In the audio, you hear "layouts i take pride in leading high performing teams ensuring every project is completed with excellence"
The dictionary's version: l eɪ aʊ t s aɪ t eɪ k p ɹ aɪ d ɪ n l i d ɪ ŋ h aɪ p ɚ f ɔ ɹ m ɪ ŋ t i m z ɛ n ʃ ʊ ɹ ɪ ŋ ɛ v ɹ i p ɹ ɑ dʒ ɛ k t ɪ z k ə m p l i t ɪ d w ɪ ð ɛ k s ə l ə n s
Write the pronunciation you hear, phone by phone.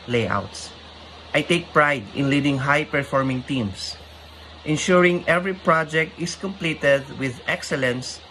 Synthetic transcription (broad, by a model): l eɪ aʊ t s aɪ t eɪ k p ɹ aɪ d ɪ n l i d ɪ ŋ h aɪ p ɚ f ɔ ɹ m ɪ ŋ t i m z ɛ n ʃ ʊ ɹ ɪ ŋ ɛ v ɹ i p ɹ ɑ dʒ ɛ k t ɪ s k ə m p l i t ɪ d w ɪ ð ɛ k s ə l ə n s